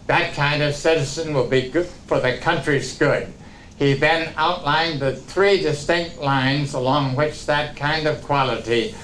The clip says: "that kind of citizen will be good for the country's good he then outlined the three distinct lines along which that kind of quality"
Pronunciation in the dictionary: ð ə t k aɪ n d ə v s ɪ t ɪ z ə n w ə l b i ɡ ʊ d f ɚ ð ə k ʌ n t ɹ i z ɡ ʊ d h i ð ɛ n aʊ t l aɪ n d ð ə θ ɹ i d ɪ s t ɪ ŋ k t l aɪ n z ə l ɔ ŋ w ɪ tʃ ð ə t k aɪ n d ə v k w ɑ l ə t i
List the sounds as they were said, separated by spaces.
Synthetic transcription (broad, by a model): ð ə t k aɪ n d ə v s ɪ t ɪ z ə n w ə l b i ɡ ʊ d f ɚ ð ə k ʌ n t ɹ i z ɡ ʊ d h i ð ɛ n aʊ t l aɪ n ð ə θ ɹ i d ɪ s t ɪ ŋ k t l aɪ n z ə l ɔ ŋ w ɪ tʃ ð ə t k aɪ n d ə v k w ɑ l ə t i